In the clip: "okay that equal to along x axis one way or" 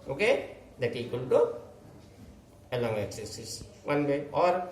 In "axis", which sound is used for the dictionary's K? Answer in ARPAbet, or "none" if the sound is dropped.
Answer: none